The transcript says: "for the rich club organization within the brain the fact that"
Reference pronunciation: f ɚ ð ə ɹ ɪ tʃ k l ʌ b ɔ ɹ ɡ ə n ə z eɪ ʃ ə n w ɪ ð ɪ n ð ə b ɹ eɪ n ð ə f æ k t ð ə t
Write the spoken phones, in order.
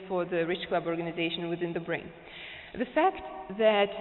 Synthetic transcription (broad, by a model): f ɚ ð ə ɹ ɪ tʃ k l ʌ b ɔ ɹ ɡ ə n ə z eɪ ʃ ə n w ɪ ð ɪ n ð ə b ɹ eɪ n ð ə f æ k t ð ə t